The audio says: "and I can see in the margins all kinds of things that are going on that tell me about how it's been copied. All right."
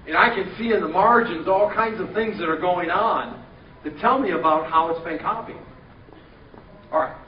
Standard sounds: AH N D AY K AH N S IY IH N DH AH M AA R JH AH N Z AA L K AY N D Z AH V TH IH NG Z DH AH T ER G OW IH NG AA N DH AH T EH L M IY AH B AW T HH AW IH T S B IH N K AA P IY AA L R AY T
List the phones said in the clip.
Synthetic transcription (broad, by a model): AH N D AY K AH N S IY IH N DH AH M AA R JH AH N Z AA L K AY N D Z AH V TH IH NG Z DH AH T ER G OW IH NG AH N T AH T EH L M IY AH B AW T HH AW IH T S B IH N K AA P IY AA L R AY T